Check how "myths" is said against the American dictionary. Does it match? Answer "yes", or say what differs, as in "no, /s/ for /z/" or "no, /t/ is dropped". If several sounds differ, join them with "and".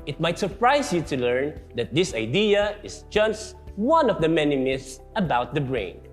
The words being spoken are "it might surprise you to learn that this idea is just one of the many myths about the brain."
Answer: no, /s/ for /θ/